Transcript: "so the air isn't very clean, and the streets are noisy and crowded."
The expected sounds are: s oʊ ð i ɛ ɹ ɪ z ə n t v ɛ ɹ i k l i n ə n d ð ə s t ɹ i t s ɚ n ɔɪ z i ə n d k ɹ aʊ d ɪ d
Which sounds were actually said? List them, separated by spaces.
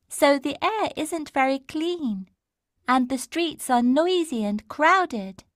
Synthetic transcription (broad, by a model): s oʊ ð i ɛ ɹ ɪ z ə n t v ɛ ɹ i k l i n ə n ð ə s t ɹ i t s ɚ n ɔɪ z i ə n k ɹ aʊ d ɪ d